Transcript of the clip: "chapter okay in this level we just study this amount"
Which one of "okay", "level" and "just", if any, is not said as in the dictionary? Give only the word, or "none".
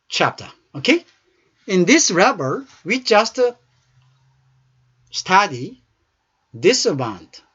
level